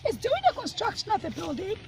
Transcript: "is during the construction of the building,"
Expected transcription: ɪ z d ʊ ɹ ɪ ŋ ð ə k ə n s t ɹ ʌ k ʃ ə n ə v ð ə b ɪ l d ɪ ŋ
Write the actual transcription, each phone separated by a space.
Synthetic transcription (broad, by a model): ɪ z d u ɪ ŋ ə k ə n s t ɹ ʌ k ʃ ə n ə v ð ə b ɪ l d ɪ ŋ